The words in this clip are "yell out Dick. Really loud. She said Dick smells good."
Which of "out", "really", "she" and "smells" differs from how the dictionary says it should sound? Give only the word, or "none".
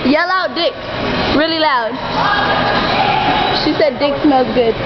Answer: smells